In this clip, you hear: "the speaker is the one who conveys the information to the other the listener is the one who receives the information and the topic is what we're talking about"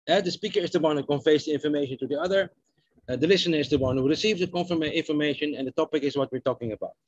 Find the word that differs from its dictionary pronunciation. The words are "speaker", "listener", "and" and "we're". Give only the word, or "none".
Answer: none